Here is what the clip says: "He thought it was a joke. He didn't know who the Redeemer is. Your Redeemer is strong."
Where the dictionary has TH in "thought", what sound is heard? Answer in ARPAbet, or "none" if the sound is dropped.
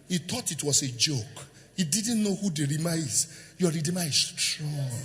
T